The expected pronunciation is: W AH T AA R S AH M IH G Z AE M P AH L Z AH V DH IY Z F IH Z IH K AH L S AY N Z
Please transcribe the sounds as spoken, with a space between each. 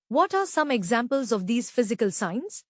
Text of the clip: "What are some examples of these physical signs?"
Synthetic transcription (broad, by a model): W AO T AA R S AH M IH G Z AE M P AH L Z AH V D IY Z F IH Z IH K AH L S AY N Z